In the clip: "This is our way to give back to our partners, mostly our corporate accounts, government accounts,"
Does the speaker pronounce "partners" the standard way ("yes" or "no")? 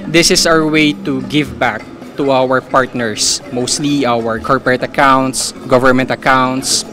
no